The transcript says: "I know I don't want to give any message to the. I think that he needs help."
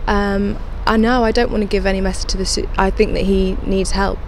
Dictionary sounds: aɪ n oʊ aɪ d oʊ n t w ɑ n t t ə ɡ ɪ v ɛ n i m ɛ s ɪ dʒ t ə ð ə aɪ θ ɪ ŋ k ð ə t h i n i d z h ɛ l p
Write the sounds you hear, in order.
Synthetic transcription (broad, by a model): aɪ n oʊ aɪ d oʊ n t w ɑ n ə ɡ ɪ v ɛ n i m ɛ s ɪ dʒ t ə ð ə aɪ θ ɪ ŋ k ð ə t h i n i d z h ɛ l p